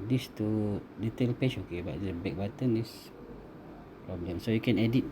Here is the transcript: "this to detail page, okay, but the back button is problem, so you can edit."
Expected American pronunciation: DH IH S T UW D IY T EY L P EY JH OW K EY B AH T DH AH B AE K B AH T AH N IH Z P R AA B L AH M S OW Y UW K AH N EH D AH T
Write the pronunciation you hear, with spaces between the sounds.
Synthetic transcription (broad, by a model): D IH S T UW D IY T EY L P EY SH OW K EY B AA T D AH B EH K B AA T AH N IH S P R AA B L AH M S OW Y UW K AH N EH D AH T